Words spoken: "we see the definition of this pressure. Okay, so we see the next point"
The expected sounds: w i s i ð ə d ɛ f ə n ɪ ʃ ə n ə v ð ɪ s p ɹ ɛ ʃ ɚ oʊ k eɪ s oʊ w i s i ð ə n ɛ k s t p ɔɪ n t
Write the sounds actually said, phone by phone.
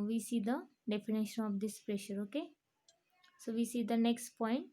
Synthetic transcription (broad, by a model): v i s i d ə d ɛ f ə n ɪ ʃ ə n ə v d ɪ s p ɹ ɛ ʃ ɚ oʊ k eɪ s oʊ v i s i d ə n ɛ k s t p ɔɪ n t